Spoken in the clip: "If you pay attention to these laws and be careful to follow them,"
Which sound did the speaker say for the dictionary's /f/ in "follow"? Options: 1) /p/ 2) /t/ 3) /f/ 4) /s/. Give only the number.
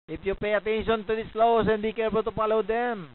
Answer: 1